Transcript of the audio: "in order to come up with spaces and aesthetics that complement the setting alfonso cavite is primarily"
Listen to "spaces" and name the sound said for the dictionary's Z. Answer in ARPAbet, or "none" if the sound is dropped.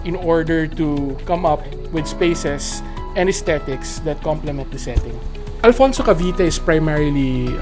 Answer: S